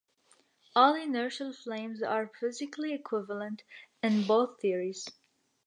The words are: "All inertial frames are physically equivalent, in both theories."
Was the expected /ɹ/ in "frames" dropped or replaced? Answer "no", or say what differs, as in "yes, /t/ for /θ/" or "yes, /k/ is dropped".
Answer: yes, /l/ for /ɹ/